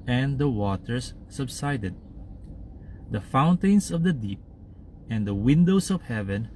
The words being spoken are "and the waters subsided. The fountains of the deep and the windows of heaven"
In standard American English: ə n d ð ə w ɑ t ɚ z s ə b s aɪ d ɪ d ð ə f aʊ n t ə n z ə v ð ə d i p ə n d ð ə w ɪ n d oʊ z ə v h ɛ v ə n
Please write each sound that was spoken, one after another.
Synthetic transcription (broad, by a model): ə n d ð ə w ɑ t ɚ s ə b s aɪ d ɪ d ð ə f aʊ n t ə n s ə v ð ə d i p ə n d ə w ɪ n d oʊ s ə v h ɛ v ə n